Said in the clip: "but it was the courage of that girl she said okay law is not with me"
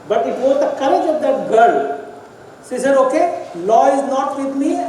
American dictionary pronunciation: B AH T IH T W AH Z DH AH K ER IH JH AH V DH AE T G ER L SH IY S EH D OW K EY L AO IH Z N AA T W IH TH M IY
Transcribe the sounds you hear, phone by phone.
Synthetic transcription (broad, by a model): B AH T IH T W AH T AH K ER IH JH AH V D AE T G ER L S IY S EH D OW K EY L AO IH Z N AA T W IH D M IY